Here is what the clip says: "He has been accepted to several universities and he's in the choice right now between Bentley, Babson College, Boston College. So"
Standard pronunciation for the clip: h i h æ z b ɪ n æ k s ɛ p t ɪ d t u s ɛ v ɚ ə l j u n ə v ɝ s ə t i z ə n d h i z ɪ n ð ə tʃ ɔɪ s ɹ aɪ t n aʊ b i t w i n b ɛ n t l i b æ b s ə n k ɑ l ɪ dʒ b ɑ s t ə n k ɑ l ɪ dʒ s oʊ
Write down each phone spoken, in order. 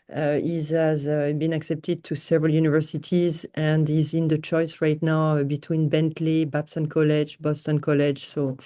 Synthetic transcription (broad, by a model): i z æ z b ɪ n æ k s ɛ p t ɪ d t u s ɛ v ɚ ə l j u n ə v ɝ s ə t i z ə n d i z ɪ n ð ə tʃ ɔɪ s ɹ aɪ t n aʊ b i t w i n b ɛ n t l i b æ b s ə n k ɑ l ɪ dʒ b ɑ s t ə n k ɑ l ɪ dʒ s oʊ